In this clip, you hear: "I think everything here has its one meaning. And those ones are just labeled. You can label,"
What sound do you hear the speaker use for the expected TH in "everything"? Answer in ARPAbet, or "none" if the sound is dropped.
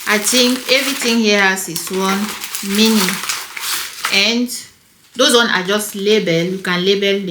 T